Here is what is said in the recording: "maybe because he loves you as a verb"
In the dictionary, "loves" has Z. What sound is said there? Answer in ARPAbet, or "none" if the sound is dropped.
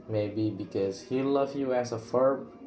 none